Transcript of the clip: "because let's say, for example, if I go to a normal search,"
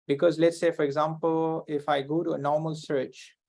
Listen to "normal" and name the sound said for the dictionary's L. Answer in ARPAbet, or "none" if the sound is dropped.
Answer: L